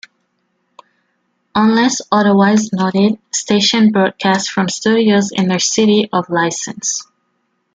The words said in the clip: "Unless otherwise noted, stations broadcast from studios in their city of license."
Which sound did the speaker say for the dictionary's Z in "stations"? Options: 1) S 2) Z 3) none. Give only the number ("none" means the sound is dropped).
3